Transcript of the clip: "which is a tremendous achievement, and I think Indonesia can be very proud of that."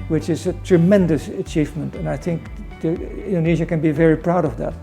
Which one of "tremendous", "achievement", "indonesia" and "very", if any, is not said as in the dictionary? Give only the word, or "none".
none